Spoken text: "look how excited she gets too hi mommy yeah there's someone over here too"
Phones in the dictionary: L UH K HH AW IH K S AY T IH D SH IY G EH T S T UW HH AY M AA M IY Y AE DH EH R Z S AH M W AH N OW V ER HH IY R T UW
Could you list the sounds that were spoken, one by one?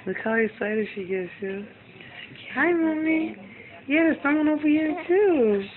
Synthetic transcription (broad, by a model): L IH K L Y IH S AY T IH SH IY G EH T S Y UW HH AY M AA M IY Y AE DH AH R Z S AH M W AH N OW V ER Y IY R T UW